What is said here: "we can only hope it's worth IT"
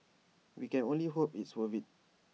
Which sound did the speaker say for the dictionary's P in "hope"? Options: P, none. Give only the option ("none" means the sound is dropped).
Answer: P